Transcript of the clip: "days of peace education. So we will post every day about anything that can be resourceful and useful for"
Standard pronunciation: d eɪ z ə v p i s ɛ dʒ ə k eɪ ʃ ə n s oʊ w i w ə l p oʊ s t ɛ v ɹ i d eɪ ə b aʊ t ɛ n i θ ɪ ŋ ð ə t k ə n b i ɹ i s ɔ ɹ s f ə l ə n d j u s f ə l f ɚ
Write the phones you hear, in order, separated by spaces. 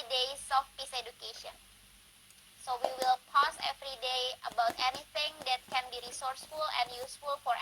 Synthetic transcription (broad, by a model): d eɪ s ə f p i s ɛ dʒ ə k eɪ ʃ ə n s oʊ w i w ə l p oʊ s ɛ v ɹ i d eɪ ə b aʊ t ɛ n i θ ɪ ŋ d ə t k ə n b i ɹ i s ɔ ɹ s f ə l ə n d j u s f ə l f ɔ